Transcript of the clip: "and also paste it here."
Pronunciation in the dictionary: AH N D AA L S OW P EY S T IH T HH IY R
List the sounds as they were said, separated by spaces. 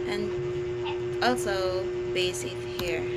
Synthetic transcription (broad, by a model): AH N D AA L S OW B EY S IH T HH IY R